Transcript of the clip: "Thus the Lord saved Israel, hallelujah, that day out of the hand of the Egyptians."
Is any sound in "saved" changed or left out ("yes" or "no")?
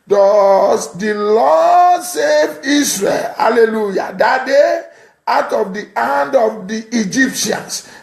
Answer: yes